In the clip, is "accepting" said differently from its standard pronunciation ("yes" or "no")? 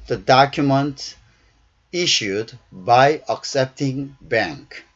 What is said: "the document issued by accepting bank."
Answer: no